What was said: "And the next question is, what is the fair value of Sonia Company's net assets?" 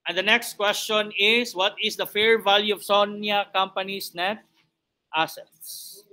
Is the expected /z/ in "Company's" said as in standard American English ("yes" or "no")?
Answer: no